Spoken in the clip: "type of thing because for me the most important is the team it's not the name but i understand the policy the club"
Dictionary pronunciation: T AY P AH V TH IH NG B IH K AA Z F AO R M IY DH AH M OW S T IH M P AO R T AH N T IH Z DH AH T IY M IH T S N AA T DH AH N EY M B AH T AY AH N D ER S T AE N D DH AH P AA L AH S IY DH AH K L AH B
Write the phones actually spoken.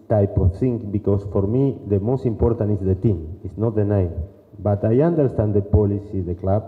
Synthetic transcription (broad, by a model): T AY P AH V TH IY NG B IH K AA S F AO R M IY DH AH M OW S T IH M P AO R T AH N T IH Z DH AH T IY M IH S N AA T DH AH N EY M B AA T AY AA N D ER S T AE N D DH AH P AA L AH S IY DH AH K L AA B